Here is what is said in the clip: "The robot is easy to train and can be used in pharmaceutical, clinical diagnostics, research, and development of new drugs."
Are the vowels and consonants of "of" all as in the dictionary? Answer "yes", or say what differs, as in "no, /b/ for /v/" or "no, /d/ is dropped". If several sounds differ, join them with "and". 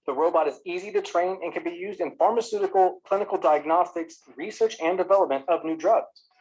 yes